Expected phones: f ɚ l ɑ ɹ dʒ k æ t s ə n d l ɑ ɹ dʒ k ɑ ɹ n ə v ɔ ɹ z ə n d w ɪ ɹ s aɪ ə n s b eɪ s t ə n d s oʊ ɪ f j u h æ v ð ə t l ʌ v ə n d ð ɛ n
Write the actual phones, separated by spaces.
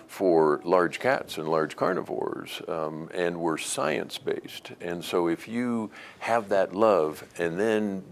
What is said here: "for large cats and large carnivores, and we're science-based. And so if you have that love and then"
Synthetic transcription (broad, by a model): f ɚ l ɑ ɹ dʒ k æ t s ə n l ɑ ɹ dʒ k ɑ ɹ n ə v ɔ ɹ z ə n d w ɪ ɹ s aɪ ə n s b eɪ s t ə n s oʊ ɪ f j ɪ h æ v ð ə t l ʌ v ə n ð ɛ n